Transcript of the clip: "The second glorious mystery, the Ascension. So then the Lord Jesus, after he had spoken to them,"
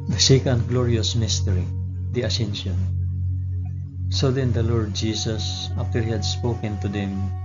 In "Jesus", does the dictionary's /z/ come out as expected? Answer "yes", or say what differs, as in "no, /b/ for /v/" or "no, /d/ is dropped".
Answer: no, /s/ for /z/